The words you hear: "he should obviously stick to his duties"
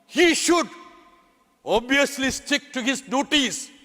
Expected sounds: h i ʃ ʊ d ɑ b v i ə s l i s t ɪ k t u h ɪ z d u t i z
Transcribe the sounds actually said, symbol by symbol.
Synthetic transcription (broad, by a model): h i ʃ ʊ d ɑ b i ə s l i s t ɪ k t u h ɪ z d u t i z